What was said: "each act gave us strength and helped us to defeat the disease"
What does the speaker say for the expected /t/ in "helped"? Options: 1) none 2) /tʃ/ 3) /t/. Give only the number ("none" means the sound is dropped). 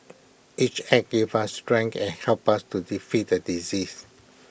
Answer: 1